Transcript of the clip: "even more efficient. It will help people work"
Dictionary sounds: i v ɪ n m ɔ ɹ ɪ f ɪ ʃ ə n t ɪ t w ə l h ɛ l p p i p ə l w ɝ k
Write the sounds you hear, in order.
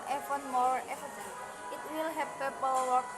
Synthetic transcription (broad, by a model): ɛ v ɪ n m ɔ ɹ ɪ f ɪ s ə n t ɪ t w ə l h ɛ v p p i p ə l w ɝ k